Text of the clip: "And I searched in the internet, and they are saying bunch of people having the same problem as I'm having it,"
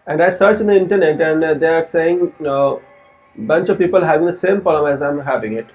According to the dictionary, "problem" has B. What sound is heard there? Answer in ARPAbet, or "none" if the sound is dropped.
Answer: none